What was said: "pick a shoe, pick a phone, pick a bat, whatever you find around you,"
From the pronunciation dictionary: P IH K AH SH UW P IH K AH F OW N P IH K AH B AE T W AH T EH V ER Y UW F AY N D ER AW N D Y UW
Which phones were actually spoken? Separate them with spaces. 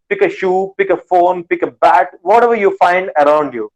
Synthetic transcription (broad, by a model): P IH K AH SH UW P IH K AH F OW N P IH K AH B AE T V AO T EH V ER Y UW F AY N D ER AW N D Y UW